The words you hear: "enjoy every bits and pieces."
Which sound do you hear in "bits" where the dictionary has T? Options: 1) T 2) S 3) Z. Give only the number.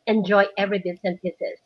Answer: 2